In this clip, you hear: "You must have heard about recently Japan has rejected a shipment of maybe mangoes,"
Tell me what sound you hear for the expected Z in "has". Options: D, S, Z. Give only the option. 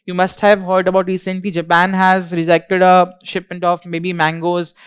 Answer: Z